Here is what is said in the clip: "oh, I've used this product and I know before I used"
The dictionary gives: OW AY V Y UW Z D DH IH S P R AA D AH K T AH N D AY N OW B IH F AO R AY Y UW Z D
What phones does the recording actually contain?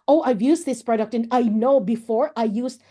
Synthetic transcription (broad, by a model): OW AY V Y UW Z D DH IH S P R AA D AH K T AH N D AY N OW B IH F AO R AY Y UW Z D